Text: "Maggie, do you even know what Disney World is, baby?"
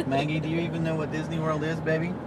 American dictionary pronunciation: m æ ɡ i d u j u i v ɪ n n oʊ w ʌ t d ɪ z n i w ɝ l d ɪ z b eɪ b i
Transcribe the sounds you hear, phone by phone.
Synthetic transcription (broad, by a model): m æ ɡ i d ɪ j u i v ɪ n n oʊ w ʌ t d ɪ z n i w ɝ l d ɪ z b eɪ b i